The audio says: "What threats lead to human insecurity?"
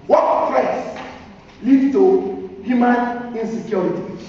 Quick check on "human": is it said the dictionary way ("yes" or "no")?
yes